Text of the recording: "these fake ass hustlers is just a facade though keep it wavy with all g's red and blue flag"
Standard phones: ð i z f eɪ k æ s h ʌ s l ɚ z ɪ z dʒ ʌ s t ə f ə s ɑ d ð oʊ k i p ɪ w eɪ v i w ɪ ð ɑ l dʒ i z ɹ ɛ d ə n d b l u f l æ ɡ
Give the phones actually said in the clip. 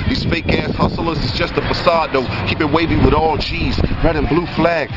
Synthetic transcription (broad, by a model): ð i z f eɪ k æ s h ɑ s l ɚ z ɪ z dʒ ʌ s t ə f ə s ɑ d ð oʊ k i p ɪ w eɪ v i w ɪ ð ɑ l tʃ i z ɹ ɛ d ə n b l u f l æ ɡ